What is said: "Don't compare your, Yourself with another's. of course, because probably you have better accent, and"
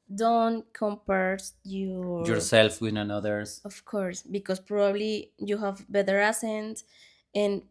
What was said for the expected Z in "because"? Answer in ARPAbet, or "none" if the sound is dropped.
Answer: S